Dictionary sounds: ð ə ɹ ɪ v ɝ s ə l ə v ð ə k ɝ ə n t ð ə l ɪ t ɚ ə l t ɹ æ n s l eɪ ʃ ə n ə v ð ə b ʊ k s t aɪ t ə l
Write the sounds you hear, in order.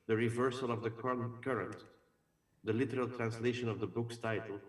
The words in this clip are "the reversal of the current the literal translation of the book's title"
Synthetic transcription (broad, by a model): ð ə ɹ ɪ v ɝ s ə l ə v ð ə k ɝ ə n t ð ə l ɪ t ɚ ə l t ɹ æ n s l eɪ ʃ ə n ə v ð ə b ʊ k s t aɪ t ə l